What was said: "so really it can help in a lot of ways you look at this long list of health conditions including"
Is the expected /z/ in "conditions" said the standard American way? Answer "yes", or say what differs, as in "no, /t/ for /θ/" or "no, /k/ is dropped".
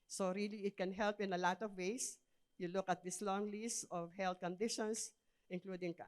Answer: no, /s/ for /z/